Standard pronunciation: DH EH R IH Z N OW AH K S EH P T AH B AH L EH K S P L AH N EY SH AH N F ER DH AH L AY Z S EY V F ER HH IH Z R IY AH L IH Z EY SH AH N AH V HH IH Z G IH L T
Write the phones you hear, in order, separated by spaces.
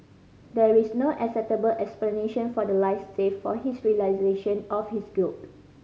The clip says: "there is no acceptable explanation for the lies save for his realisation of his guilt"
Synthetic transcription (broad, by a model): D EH R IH S N OW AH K S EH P T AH B AH L EH K S P L AH N EY SH AH N F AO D AH L AY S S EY F F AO HH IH S R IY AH L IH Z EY SH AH N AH F HH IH S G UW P